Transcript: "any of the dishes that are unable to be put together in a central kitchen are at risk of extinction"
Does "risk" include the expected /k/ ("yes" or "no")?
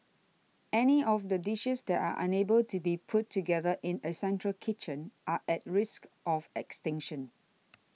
yes